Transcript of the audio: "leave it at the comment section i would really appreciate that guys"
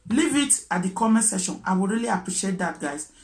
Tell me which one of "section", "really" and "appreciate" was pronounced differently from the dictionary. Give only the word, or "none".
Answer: section